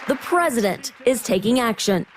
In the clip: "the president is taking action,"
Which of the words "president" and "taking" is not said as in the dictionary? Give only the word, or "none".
none